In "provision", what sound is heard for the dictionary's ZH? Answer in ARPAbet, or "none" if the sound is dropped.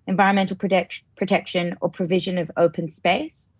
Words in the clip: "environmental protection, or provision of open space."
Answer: ZH